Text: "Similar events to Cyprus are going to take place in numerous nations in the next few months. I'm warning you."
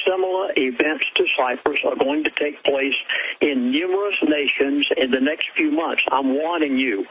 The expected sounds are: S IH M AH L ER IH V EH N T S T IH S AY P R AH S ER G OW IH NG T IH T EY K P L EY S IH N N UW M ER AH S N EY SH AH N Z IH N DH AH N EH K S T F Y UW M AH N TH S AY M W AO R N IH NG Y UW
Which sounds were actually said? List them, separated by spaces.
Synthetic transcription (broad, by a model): S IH M AH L IH V EH N T S T IH S AY P R AH S ER G OW IH NG T IH T EY K P L EY S IH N N UW M ER AH S N EY SH AH N Z IH N DH AH N EH K S T F Y UW M AH N TH S AY M W AO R IH NG Y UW